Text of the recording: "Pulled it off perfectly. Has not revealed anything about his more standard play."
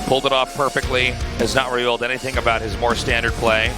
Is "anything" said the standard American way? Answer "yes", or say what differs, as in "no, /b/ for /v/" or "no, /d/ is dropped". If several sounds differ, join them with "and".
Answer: yes